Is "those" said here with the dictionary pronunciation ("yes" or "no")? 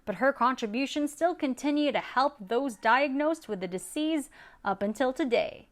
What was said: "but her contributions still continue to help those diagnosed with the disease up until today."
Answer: yes